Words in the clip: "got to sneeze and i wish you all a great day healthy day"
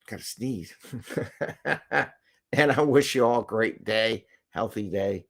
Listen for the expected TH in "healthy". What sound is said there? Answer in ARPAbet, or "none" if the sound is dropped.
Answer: TH